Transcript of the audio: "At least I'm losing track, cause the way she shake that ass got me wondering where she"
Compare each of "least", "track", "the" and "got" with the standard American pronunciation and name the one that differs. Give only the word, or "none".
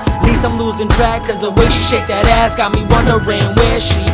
least